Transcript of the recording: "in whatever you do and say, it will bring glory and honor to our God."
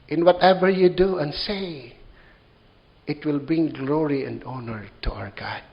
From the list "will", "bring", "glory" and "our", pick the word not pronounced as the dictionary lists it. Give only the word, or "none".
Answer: bring